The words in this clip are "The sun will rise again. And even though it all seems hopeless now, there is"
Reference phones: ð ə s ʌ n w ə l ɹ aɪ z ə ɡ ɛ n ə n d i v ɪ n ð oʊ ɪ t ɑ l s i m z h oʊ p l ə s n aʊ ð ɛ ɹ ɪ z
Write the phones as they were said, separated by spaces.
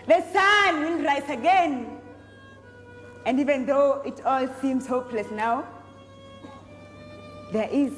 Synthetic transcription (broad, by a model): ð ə s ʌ n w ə n ɹ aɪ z ə ɡ ɛ n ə n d i v ɪ n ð oʊ ɪ t ɑ l s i m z h oʊ p l ə s n aʊ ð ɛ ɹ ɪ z